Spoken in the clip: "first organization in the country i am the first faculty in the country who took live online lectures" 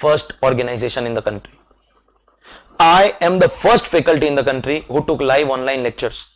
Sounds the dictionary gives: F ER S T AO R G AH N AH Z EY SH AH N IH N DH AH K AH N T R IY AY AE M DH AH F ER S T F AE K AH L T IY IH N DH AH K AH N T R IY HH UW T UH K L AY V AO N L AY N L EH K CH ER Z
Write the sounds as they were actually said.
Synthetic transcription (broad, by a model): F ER S T AO R G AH N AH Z EY SH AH N IH N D AH K AH N T R IY AY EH M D AH F ER S T F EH K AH L T IY IH N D AH K AH N T R IY HH UW T UH K L AY V AO N L AY N L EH K CH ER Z